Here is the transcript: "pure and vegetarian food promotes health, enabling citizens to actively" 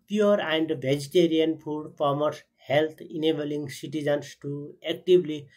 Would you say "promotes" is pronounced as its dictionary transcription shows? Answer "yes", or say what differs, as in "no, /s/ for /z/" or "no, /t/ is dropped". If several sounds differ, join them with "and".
no, /ɹ/ is dropped